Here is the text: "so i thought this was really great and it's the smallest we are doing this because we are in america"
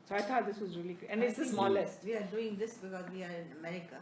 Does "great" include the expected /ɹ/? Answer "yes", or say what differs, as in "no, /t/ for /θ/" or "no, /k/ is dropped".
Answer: no, /ɹ/ is dropped